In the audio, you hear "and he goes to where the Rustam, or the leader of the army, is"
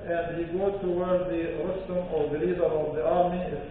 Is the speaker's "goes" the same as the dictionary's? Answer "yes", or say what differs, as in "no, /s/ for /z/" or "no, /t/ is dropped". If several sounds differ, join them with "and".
no, /z/ is dropped